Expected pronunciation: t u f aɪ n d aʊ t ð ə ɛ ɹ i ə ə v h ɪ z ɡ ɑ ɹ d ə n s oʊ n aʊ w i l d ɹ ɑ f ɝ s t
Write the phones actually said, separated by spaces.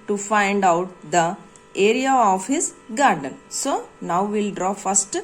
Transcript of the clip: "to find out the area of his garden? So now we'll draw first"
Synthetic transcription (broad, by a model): t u f aɪ n d aʊ t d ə ɛ ɹ i ə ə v h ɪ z ɡ ɑ ɹ d ə n s oʊ n aʊ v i l d ɹ ɑ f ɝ s t